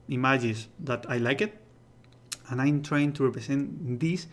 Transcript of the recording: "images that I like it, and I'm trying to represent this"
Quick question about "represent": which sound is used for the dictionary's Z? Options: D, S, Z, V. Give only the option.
S